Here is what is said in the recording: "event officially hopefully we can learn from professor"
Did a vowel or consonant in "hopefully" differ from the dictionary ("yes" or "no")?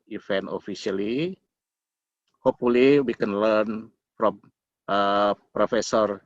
yes